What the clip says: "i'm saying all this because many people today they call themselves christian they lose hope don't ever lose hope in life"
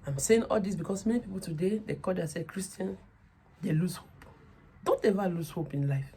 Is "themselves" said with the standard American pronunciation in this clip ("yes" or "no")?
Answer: no